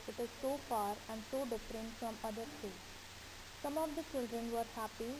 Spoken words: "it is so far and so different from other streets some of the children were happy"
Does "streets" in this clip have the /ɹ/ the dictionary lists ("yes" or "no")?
no